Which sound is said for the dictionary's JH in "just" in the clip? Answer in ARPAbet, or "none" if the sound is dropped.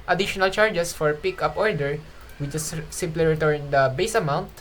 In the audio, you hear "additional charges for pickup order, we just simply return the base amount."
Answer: CH